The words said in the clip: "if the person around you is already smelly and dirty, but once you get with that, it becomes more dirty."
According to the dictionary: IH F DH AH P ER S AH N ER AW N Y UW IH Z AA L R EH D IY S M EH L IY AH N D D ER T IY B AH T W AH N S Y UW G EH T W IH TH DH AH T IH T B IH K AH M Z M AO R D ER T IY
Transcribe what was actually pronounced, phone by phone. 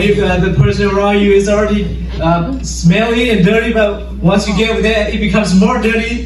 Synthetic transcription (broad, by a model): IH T DH AH P ER S AH N ER AW N Y UW IH Z L R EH D IY S M EH L IY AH N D D ER T IY B AH T W AH N S Y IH G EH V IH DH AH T IH T B IH K AH M Z M AO R D ER T IY